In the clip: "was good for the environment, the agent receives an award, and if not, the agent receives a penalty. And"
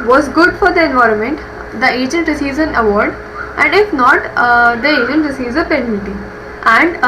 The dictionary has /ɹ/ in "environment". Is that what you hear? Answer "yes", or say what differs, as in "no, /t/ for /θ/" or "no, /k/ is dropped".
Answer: yes